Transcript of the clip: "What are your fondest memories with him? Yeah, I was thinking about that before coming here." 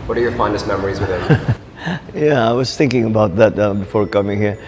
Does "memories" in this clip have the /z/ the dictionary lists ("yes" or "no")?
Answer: yes